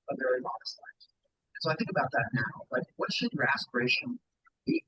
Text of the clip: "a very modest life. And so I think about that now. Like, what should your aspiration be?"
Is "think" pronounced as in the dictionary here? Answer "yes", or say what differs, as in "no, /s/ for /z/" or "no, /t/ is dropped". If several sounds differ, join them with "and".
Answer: yes